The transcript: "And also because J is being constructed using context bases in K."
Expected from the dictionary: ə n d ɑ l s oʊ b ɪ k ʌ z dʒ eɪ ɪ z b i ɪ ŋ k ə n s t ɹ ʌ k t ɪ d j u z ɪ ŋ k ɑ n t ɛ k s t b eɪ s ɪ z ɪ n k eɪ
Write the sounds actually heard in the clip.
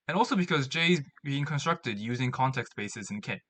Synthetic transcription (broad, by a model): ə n ɑ l s oʊ b ɪ k ʌ z dʒ eɪ ɪ z b i ɪ ŋ k ə n s t ɹ ʌ k t ɪ d j u z ɪ ŋ k ɑ n t ɛ k s t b eɪ s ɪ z ɪ n k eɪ